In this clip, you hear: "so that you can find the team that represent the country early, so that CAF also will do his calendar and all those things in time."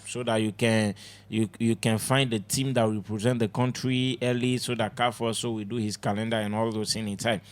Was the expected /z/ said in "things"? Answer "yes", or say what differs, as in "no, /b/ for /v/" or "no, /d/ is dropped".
no, /z/ is dropped